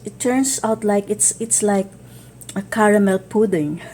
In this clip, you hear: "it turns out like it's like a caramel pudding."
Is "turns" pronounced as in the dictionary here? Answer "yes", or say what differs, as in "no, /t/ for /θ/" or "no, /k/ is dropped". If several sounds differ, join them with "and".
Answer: no, /s/ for /z/